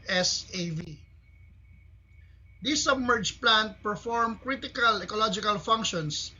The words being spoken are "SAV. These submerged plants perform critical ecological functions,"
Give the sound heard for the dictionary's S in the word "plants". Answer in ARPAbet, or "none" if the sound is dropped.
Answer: none